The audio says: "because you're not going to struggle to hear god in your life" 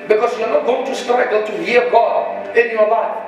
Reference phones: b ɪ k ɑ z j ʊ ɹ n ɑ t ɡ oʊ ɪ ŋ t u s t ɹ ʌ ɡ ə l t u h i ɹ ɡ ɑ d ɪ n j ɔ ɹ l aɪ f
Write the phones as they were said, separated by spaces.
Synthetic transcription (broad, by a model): b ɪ k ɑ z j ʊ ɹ n ɑ t ɡ oʊ ɪ ŋ t u s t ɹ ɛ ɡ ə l t u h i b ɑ ɪ n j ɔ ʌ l aɪ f